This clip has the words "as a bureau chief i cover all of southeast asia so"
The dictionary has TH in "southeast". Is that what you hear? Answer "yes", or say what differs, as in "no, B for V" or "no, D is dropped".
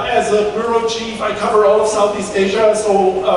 yes